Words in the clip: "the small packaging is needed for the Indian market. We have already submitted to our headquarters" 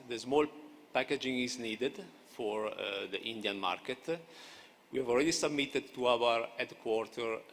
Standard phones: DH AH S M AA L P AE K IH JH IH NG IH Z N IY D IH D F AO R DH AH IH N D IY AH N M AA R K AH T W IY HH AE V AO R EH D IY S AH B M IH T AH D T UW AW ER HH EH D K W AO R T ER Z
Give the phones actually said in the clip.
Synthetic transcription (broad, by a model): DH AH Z M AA L P AE K IH JH IH NG IH Z N IY D IH D F AO R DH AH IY N D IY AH N M AA R K AH T W IY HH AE V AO L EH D IY S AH B M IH T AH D T UW AW ER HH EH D K W AO R T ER